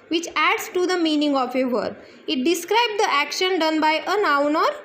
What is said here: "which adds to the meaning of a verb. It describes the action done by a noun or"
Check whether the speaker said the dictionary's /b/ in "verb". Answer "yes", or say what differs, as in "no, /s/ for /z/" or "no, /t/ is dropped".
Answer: no, /b/ is dropped